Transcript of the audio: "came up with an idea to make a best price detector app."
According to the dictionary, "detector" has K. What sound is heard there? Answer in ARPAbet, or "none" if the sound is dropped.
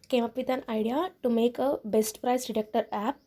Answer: K